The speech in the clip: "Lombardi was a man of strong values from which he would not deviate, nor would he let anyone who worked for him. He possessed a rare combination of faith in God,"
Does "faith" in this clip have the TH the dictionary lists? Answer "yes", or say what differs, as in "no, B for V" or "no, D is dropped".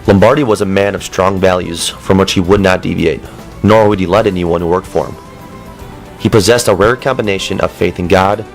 yes